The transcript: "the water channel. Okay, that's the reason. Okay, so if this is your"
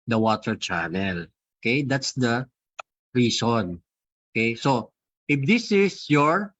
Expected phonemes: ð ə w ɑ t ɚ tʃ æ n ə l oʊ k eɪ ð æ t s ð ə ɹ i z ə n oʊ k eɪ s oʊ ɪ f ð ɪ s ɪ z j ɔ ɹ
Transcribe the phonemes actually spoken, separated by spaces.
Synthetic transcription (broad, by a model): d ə w ɑ t ɚ tʃ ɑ n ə l oʊ k eɪ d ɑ t s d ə ɹ i s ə n oʊ k eɪ s oʊ ɪ f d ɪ s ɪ s j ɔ ɹ